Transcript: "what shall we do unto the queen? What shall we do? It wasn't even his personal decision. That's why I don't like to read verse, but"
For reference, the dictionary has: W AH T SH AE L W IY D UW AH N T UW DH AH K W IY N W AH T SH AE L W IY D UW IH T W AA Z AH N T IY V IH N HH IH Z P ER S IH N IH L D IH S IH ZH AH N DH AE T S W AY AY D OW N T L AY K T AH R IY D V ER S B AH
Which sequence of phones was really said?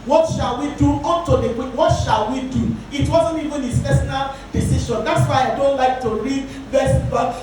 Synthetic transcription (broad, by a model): W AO T SH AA L W IY D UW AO T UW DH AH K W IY W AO T SH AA L W IY D UW IH T W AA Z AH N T IY V IH N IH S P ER S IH N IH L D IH S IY SH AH N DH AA T S W AY AY D OW N T L AY K T AH R IY D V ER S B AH